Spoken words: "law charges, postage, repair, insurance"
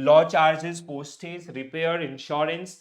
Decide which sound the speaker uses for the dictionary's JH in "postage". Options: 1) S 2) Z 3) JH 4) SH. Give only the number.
2